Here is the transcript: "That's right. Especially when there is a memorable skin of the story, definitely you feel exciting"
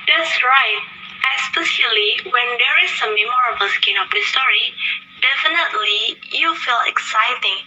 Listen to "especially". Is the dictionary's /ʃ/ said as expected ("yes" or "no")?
no